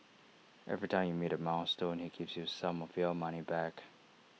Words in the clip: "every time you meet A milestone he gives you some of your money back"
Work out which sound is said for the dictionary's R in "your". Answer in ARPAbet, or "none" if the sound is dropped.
L